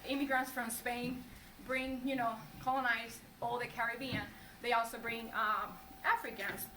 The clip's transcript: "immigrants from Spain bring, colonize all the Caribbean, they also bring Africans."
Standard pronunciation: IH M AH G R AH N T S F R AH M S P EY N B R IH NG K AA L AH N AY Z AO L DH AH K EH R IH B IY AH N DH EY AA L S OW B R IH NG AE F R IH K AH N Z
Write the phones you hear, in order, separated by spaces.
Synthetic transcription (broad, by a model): IH M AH G R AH N T S F R AH M S P EY N B R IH NG K AA L AH N AY Z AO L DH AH K EH R IH B IY AH N DH EY AA L S OW B R IH NG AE F R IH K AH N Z